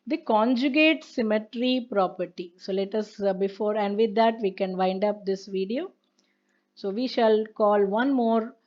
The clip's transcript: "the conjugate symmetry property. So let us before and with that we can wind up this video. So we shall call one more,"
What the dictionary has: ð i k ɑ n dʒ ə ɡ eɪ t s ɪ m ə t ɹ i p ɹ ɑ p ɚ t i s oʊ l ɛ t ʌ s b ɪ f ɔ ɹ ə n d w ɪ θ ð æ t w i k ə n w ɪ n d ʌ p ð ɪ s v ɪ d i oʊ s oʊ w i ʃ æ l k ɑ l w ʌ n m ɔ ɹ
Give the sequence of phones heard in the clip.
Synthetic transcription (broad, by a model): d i k ɑ n dʒ ə ɡ eɪ t s ɪ m ə t ɹ i p ɹ ɑ p ɚ t i s oʊ l ɛ t ʌ s b ɪ f ɔ ɹ ə n d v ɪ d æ t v i k ə n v ɪ n d ʌ p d ɪ s v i d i oʊ s oʊ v i ʃ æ l k ɑ l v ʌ n m ɔ ɹ